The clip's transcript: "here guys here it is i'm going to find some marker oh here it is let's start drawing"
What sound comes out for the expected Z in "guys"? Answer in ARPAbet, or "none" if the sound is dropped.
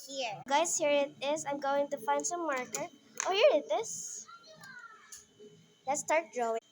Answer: S